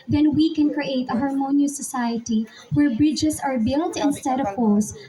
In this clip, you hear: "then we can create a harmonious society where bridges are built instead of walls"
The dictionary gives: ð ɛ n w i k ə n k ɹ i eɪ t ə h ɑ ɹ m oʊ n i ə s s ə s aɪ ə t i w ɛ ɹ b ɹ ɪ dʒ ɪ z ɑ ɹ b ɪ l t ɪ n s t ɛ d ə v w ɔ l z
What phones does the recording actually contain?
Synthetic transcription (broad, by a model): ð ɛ n w i k ə n k ɹ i eɪ t ə h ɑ ɹ m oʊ n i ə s s ə s aɪ ə t i w ɛ ɹ b ɹ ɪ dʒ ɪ s ɑ ɹ b ɪ l t ɪ n s t ɛ d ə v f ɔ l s